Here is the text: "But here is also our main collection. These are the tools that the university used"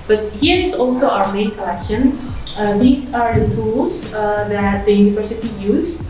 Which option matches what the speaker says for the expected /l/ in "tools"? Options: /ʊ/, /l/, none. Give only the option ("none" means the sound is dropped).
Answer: none